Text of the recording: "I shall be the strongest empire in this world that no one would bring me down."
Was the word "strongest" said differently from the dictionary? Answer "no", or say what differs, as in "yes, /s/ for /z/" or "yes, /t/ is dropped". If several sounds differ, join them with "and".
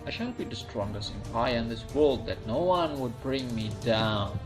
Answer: no